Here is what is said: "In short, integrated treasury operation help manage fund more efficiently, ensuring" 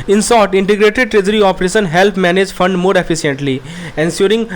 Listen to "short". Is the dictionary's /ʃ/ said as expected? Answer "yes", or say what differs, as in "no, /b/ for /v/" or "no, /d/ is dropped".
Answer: no, /s/ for /ʃ/